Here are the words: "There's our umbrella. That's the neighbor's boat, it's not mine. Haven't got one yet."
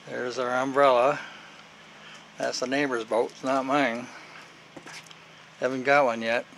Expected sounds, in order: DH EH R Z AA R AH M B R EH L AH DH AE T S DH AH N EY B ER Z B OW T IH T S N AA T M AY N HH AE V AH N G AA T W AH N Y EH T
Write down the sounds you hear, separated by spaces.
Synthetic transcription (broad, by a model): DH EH R Z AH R AH M B R EH L AH DH AE T S DH AH N EY B ER Z B OW IH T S N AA T M AY N HH AE V AH N G AA T W AH N Y EH T